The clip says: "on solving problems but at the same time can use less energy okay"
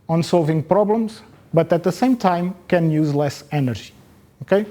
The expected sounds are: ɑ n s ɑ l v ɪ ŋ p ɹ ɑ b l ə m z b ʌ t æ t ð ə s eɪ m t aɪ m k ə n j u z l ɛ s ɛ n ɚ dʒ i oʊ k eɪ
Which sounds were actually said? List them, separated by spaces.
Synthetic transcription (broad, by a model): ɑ n s ɑ l v ɪ ŋ p ɹ ɑ b l ə m z b ʌ t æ t ð ə s eɪ m t aɪ m k ə n j u z l ɛ s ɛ n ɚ ʒ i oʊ k eɪ